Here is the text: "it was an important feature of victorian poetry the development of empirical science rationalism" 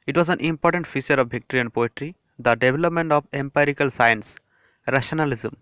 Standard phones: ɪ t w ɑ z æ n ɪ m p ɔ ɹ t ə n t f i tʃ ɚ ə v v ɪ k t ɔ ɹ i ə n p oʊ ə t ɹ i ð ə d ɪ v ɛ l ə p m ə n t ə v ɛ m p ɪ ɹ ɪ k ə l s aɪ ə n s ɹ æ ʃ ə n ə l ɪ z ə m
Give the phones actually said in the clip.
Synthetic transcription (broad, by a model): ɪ t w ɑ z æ n ɪ m p ɔ ɹ t ə n t f i tʃ ɚ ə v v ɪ k t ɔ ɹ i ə n p oʊ ə t ɹ i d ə d ɪ v ɛ l ə p m ə n t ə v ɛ m p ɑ ɹ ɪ k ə l s aɪ ə n s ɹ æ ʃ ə n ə l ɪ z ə m